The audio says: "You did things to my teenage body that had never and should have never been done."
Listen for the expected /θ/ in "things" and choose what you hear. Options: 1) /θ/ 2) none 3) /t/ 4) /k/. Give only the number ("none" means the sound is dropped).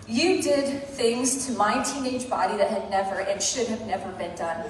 1